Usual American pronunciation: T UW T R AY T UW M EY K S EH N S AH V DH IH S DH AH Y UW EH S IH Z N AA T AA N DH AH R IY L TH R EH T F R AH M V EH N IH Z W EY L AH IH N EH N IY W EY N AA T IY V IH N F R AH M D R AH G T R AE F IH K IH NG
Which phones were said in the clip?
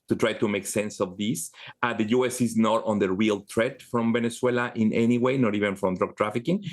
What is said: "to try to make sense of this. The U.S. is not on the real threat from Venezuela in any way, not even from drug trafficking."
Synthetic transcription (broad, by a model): T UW T R AY T UW M EY K S EH N S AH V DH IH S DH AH Y UW EH S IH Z N AA T AA N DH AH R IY L T R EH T F R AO M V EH N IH S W EY L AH IH N EH N IY W EY N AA T IY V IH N F R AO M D R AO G T R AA F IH K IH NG